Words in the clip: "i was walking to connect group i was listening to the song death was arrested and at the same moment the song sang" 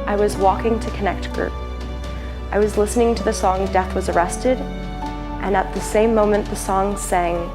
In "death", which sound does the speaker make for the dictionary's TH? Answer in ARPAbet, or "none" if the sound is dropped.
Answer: TH